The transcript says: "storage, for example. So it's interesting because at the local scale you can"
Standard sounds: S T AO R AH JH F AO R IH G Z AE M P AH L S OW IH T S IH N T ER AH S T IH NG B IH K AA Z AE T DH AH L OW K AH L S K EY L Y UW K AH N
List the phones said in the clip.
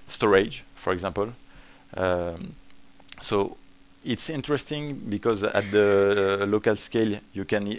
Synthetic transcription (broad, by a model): S T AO R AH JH F AO R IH G Z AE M P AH L S OW IH T S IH N T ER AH S T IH NG B IH K AA Z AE T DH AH L OW K AH L S K EY L Y UW K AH N